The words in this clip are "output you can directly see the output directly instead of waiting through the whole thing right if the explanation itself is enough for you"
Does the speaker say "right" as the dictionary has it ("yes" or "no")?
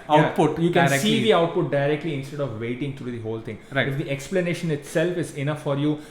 no